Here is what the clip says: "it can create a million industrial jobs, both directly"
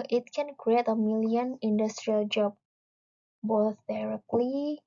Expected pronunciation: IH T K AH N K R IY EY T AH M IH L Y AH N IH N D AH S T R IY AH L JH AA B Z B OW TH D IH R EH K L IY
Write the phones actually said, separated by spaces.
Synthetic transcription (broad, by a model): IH T K AH N K R IY EY T AH M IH L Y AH N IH N D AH S T R IY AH L JH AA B B OW TH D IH R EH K L IY